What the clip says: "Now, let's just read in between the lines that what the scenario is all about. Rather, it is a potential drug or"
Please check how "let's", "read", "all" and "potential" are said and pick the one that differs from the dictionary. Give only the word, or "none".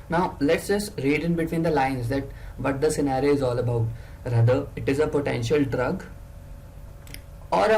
none